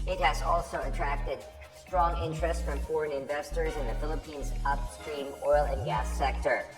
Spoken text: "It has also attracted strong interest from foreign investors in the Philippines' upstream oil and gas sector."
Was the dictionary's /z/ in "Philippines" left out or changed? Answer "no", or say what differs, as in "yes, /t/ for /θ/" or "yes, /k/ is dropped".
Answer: no